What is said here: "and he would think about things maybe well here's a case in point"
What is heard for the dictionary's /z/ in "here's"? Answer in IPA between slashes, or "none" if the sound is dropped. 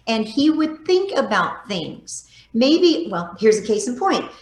/z/